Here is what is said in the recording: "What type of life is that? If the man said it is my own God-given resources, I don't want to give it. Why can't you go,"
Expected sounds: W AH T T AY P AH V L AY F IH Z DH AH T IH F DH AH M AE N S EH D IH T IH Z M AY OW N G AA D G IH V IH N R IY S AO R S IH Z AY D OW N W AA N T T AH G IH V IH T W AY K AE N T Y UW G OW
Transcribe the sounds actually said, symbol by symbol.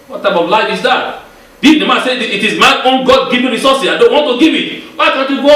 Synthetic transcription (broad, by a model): W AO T T AY P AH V L AY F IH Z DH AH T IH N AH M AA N S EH IH T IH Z M AY OW N G AA D G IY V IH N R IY S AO S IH AY D OW N W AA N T T AH G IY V IH T W AY K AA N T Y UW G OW